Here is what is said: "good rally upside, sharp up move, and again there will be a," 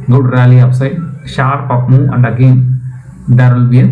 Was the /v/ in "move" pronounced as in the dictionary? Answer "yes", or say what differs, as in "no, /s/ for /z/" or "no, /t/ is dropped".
no, /v/ is dropped